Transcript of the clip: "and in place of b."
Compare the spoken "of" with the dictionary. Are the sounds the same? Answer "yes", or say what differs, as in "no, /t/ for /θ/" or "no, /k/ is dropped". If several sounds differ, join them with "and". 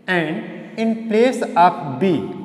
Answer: no, /p/ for /v/